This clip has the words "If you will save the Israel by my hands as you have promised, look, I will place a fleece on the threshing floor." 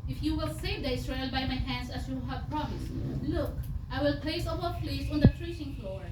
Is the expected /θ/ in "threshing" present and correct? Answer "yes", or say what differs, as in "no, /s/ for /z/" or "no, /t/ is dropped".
no, /t/ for /θ/